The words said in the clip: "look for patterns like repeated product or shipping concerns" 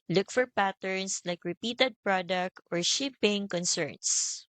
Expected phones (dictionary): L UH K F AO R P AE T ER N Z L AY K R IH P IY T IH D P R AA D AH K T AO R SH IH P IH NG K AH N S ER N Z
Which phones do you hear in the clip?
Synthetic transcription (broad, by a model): L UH K F AO R P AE T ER N S L AY K R IH P IY T IH D P R AA D AH K T AO R SH IH P IH NG K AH N S ER N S